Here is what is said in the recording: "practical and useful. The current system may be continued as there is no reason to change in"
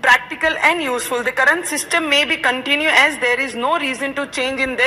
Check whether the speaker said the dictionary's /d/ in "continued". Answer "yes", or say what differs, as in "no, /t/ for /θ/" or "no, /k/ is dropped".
no, /d/ is dropped